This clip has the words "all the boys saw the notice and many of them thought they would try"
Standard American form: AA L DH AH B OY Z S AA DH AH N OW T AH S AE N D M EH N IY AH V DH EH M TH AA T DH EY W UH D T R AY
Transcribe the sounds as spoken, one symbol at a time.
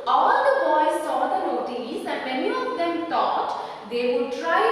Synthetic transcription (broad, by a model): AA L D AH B OY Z S AA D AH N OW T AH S AE N D M EH N IY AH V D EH M T AA T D EY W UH D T R AY